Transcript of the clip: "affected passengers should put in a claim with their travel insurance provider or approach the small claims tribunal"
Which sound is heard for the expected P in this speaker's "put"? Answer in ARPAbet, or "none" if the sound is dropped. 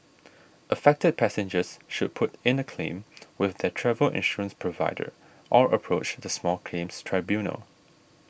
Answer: P